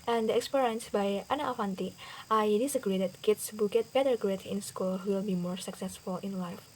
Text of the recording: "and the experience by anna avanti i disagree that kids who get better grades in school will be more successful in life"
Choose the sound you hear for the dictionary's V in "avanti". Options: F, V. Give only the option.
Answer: F